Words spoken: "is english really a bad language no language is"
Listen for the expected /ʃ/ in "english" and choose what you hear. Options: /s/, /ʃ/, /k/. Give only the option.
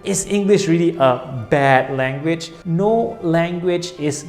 /ʃ/